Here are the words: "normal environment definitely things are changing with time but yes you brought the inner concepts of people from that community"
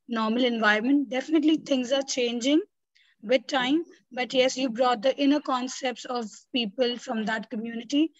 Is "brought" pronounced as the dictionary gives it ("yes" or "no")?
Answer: yes